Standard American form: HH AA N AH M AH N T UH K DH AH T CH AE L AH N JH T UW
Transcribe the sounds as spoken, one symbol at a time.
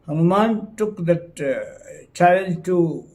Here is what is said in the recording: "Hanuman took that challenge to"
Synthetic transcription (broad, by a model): HH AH N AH M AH N T UH K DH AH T CH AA AH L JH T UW